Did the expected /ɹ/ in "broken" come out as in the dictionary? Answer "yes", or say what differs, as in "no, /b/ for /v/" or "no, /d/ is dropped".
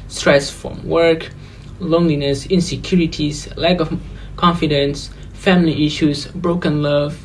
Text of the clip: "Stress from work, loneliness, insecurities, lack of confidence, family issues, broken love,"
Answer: yes